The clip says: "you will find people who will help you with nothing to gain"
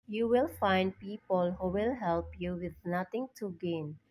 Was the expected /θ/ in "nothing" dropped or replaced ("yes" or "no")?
yes